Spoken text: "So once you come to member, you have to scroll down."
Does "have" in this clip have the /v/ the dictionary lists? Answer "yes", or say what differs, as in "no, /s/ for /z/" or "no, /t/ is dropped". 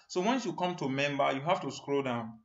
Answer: no, /f/ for /v/